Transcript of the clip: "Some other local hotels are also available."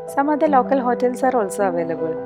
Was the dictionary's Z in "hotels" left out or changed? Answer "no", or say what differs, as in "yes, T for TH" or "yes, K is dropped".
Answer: yes, Z is dropped